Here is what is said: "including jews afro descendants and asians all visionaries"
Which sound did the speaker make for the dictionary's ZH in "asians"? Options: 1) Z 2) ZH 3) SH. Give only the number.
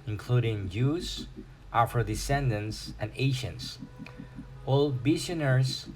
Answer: 3